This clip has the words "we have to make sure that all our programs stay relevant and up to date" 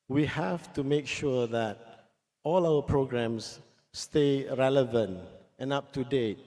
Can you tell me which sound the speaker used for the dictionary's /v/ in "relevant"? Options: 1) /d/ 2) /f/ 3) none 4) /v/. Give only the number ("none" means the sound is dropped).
4